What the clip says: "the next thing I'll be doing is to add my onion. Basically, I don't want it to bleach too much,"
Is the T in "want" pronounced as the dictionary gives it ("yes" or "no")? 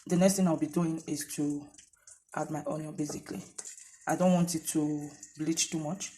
yes